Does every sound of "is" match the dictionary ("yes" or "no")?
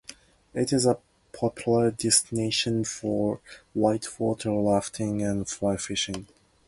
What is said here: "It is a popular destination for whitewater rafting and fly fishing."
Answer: yes